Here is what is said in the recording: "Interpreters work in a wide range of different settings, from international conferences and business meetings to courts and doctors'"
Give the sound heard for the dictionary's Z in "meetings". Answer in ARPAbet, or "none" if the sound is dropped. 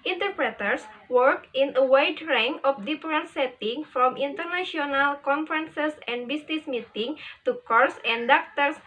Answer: none